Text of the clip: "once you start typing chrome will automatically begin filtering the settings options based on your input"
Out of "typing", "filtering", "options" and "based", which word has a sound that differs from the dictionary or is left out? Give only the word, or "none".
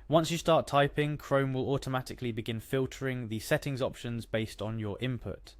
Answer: none